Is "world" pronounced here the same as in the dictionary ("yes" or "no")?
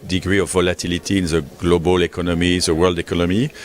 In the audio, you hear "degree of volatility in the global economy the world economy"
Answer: yes